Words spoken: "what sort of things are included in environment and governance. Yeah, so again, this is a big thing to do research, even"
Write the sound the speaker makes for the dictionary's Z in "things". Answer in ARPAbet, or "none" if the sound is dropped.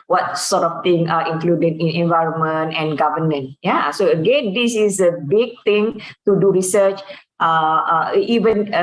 none